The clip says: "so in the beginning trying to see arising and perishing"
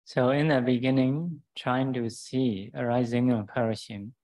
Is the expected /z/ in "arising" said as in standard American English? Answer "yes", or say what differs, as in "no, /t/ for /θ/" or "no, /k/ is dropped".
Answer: yes